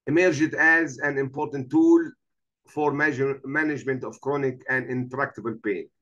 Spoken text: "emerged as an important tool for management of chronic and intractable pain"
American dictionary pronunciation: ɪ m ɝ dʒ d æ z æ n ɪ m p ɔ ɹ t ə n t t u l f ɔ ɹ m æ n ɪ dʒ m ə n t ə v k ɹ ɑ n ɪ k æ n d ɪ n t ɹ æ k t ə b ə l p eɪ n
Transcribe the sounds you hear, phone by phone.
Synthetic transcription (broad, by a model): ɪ m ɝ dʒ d æ z æ n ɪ m p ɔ ɹ t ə n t t u l f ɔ ɹ m æ n ɪ dʒ m ə n t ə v k ɹ ɑ n ɪ k æ n d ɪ n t ɹ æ k t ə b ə l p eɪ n